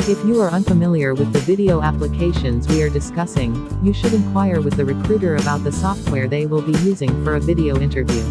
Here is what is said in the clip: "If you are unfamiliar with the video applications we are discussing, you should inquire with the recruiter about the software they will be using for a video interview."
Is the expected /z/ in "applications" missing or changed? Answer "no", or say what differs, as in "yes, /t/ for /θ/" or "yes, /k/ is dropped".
no